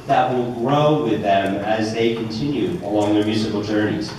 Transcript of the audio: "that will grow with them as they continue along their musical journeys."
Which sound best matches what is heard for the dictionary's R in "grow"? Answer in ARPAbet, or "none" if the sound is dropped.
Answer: R